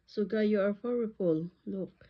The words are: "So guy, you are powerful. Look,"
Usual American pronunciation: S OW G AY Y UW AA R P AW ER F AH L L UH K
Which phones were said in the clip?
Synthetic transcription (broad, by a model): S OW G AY Y UW AA R F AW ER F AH L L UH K